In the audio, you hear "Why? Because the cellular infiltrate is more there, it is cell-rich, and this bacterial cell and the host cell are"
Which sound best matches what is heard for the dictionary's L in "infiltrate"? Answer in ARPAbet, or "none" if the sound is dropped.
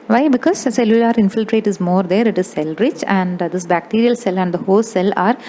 L